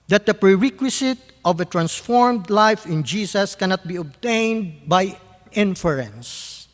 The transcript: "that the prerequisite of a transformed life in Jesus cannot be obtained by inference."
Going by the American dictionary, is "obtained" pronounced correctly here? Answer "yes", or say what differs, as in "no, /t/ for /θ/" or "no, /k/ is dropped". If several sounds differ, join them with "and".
yes